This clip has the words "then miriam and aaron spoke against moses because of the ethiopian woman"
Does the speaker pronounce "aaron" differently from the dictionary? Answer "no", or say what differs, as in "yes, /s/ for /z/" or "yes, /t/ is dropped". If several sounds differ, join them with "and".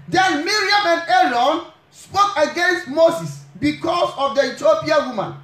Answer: yes, /l/ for /ɹ/